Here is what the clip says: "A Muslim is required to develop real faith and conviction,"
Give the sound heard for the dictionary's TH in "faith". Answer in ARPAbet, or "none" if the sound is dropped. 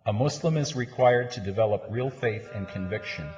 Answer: TH